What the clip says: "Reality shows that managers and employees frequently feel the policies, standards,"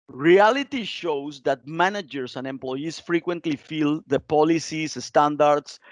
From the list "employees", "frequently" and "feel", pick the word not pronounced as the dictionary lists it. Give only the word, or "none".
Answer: employees